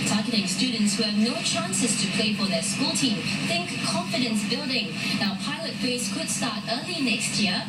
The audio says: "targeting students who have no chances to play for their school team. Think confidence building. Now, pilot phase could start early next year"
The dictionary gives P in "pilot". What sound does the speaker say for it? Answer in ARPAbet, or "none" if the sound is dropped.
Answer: P